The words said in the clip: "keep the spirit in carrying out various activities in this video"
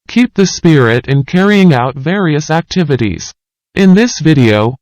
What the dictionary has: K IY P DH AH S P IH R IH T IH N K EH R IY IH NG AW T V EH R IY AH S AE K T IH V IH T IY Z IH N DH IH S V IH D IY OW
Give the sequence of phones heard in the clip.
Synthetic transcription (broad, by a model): K IY P DH AH S P IH R IH T IH N K EH R IY IH NG AW T V EH R IY AH S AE K T IH V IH T IY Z IH N DH IH S V IH D IY OW